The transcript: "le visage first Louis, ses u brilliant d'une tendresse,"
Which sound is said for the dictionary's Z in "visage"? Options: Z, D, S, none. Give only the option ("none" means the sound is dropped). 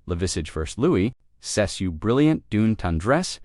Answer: S